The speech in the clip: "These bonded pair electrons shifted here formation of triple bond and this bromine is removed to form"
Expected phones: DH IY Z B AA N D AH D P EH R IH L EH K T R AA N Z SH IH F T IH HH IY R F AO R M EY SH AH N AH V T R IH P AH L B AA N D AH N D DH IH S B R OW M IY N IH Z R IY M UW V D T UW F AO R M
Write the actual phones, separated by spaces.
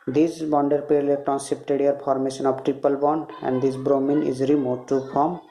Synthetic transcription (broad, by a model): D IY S B AA N D AH D P EH R L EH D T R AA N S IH P T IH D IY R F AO R M EY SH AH N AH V T R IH P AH L B AA N D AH N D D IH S B R OW M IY N IH Z R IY M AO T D T UW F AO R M